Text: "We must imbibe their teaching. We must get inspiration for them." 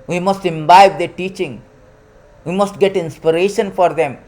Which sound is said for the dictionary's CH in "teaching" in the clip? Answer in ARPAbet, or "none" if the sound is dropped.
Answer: CH